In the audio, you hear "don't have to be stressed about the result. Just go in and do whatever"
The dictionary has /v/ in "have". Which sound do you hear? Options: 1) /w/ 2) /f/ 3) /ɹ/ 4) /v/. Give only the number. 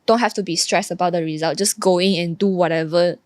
2